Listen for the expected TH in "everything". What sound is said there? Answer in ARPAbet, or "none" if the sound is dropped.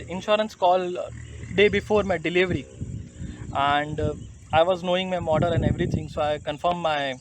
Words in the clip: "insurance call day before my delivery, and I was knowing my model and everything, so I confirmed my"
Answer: T